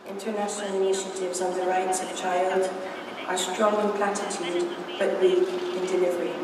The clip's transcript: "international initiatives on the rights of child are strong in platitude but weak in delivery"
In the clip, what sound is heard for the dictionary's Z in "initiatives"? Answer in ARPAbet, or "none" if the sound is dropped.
Z